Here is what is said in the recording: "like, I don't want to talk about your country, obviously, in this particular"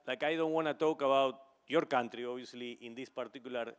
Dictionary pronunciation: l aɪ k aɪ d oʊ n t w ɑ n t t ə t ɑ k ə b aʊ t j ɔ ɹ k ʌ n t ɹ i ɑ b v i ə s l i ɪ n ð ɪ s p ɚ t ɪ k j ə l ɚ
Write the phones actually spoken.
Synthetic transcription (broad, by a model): l aɪ k aɪ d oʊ n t w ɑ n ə t ɑ k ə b aʊ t j ɔ ɹ k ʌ n t ɹ i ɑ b i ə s l i ɪ n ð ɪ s p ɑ t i k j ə l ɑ